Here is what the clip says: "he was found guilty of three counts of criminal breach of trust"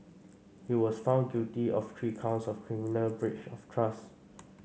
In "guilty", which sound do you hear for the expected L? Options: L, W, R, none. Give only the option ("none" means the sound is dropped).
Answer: none